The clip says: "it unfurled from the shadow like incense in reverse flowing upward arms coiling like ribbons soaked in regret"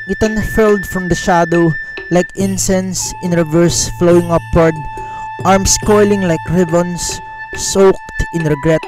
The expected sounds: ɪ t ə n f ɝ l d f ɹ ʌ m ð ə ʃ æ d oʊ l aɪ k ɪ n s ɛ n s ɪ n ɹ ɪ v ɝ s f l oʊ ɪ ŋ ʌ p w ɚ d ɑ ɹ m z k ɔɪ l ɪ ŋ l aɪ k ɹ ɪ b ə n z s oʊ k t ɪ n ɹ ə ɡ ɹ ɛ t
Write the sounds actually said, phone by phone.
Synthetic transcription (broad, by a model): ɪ t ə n f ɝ l d f ɹ ʌ m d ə ʃ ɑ d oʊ l aɪ k ɪ n s ɛ n s ɪ n ɹ ɪ v ɝ s f l oʊ ɪ ŋ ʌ p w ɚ d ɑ ɹ m s k ɔɪ l ɪ ŋ l aɪ k ɹ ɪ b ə n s s oʊ k t ɪ n ɹ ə ɡ ɹ ɛ t